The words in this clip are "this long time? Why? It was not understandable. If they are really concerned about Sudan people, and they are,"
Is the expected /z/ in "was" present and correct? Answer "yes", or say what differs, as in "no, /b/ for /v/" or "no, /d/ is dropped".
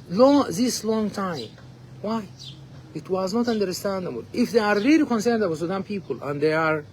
yes